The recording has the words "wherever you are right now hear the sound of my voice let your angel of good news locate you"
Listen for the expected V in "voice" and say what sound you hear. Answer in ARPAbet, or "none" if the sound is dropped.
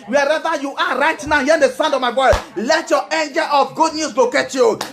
B